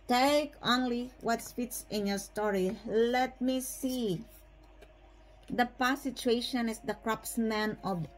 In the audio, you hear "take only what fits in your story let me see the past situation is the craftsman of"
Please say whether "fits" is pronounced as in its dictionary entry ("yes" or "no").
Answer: no